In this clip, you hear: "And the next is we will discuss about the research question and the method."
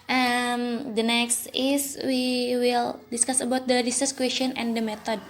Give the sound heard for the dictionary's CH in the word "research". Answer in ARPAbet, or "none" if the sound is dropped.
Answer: S